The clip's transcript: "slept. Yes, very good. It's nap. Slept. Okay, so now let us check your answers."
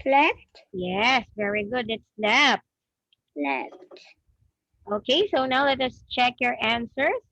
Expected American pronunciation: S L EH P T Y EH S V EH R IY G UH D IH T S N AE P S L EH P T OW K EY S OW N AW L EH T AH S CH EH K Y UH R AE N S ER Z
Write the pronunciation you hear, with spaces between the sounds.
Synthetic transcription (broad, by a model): L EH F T Y EH S V EH R IY G UH D IH T S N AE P L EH F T OW K EY S OW N AW L EH T AH S CH EH K Y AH R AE N S ER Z